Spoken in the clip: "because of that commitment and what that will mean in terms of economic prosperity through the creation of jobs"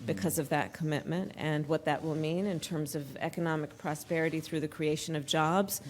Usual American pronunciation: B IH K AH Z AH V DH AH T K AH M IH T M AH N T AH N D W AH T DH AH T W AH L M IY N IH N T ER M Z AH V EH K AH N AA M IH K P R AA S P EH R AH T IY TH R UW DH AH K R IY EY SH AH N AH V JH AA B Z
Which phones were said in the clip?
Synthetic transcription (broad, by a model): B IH K AH Z AH V DH AH T K AH M IH T M AH N T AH N W AH T DH AH T W AH L M IY N IH N T ER M Z AH V EH K AH N AA M IH K P R AA S P EH R AH T IY TH R UW DH AH K R IY EY SH AH N AH V JH AA B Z